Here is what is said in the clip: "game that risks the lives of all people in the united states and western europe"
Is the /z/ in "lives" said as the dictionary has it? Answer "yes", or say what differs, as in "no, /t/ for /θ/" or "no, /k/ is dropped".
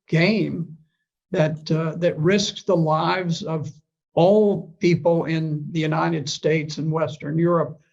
yes